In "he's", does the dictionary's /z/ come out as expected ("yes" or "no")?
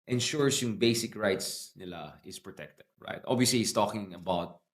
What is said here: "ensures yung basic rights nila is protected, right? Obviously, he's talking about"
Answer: no